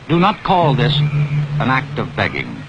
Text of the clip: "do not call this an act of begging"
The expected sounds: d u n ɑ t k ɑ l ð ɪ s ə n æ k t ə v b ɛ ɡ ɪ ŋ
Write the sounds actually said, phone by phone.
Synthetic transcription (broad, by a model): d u n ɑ t k ɑ l ð ɪ s ə n æ k t ə v b ɛ ɡ ɪ ŋ